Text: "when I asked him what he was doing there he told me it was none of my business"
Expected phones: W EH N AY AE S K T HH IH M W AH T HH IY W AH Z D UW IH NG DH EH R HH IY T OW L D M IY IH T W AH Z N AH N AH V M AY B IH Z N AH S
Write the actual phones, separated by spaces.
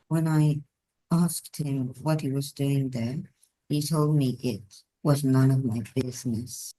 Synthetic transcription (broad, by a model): W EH N AY AE S K T HH IH M W AH T HH IY W AH Z D UW IH NG DH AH R HH IY T OW L D M IY IH T W AH Z N AH N AH V M AY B IH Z N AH S